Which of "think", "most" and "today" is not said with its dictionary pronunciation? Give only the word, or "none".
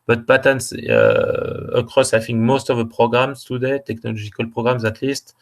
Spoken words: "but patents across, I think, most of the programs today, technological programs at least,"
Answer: think